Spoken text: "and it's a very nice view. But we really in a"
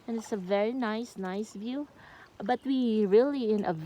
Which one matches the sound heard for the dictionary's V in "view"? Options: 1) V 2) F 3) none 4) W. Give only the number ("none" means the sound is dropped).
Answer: 1